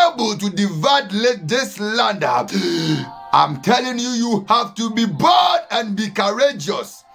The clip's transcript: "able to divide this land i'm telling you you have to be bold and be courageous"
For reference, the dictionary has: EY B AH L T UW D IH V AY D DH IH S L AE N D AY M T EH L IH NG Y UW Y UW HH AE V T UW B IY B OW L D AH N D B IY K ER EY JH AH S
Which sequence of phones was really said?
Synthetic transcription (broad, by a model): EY B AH L T UW D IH V AY D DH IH S L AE N D AY M T EH L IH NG Y UW Y UW HH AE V T UW B IY B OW D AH N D B IY K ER EY JH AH S